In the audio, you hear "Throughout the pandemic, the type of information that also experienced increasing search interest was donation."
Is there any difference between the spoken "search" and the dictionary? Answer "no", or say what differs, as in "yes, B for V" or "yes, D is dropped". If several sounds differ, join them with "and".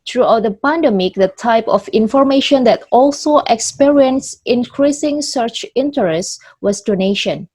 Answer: no